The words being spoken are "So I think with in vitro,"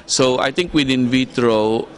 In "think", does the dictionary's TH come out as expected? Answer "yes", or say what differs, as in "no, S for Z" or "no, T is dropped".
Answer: no, T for TH